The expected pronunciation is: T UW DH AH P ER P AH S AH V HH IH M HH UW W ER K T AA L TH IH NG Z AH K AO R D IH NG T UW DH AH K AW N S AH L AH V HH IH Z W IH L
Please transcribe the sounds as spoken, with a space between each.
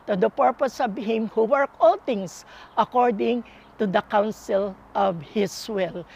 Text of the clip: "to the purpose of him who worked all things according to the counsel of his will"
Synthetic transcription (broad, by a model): T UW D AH P ER P AH S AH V HH IH M HH UW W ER K AA L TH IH NG S AH K AO R D IH NG T UW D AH K AW N S AH L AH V HH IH S W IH L